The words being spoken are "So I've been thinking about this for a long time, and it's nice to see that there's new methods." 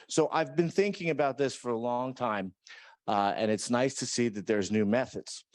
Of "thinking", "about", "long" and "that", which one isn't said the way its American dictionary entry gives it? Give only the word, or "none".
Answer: none